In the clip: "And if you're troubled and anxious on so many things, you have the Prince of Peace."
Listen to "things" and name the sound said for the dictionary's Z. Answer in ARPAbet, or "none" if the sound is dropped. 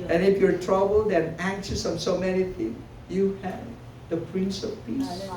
none